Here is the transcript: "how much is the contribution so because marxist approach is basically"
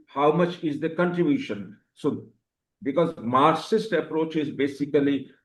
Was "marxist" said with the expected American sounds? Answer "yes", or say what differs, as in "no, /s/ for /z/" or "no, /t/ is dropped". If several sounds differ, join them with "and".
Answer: no, /k/ is dropped